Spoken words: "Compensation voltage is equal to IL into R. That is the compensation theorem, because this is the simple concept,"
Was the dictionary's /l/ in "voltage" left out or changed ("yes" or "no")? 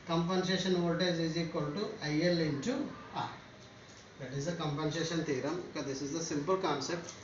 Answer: yes